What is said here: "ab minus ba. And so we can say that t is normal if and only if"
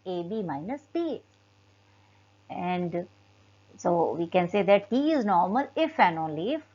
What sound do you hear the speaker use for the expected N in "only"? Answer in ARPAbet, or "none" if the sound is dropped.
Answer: N